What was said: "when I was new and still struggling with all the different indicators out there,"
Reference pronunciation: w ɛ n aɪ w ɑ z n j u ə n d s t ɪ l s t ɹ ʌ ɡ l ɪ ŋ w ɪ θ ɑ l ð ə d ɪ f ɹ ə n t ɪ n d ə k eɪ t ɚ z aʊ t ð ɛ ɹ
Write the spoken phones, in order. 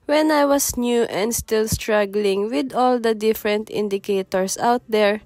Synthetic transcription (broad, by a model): w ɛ n aɪ w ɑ s n j u ə n d s t ɪ l s t ɹ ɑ ɡ l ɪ ŋ w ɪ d ɑ l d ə d ɪ f ɹ ə n t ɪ n d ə k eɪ t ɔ s aʊ t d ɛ ɹ